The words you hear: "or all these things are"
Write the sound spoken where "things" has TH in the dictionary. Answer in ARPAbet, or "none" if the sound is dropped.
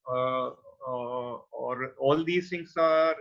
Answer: T